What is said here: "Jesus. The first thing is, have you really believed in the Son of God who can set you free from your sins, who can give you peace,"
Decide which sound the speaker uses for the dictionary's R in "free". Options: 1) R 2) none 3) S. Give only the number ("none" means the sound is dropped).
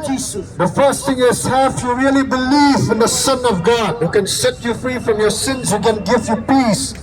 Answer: 1